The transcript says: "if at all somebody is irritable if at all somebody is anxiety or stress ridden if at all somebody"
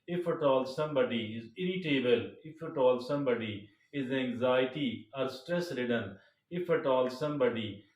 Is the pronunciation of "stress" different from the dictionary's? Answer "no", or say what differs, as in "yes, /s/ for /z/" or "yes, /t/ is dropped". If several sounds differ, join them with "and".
no